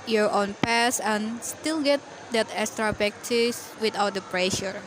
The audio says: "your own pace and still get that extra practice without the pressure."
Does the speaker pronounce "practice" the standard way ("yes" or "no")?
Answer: no